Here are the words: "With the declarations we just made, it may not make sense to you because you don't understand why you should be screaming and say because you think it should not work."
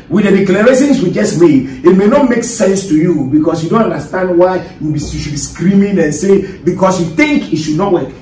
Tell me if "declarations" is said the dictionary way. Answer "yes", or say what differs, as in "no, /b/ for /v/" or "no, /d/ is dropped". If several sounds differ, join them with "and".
no, /s/ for /ʃ/